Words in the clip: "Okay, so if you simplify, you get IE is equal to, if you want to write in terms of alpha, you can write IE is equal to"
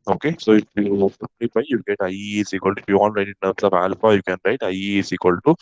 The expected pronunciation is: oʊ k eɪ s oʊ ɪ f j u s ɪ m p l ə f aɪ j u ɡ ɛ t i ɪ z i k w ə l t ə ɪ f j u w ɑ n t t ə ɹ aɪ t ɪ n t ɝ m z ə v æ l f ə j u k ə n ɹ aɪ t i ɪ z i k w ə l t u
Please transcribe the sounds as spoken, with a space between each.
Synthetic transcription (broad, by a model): oʊ k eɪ s oʊ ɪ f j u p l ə p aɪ j u ɡ ɛ t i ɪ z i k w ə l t ɪ f j u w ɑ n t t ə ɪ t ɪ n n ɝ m s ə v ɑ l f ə j u k ə n ɹ aɪ t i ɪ s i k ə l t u